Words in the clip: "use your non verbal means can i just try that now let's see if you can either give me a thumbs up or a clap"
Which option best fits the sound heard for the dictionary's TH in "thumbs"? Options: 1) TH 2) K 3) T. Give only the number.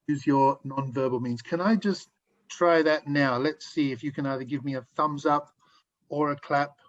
1